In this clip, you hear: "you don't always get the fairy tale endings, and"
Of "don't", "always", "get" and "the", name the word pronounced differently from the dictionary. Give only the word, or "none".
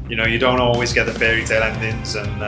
none